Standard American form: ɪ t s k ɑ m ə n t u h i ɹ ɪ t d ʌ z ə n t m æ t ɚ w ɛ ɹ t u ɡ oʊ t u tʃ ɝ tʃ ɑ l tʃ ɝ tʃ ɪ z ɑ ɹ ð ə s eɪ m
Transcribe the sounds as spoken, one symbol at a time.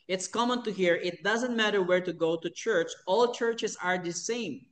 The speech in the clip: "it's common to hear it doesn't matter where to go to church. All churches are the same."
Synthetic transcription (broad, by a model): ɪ t s k ɑ m ə n t u h i ɹ ɪ t d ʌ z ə n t m æ t ɚ w ɛ ɹ t u ɡ oʊ t u tʃ ɝ tʃ ɑ l tʃ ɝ tʃ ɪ s ɑ ɹ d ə s eɪ m